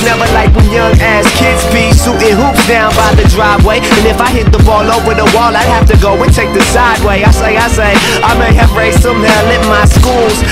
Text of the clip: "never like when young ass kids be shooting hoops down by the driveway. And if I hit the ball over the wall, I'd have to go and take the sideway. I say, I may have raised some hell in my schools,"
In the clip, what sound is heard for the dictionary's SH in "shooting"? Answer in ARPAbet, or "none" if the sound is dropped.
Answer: S